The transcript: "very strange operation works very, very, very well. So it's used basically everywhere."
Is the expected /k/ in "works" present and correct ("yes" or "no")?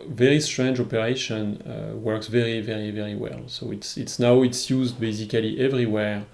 yes